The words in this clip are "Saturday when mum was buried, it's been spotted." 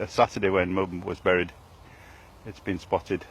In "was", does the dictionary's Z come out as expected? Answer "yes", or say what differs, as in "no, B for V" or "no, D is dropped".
yes